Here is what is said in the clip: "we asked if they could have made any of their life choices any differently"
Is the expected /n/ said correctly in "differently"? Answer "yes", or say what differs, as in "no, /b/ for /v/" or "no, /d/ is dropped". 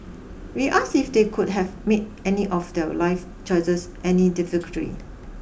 no, /n/ is dropped